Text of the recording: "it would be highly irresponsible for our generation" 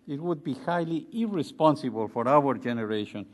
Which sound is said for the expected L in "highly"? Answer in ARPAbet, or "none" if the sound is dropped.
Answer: L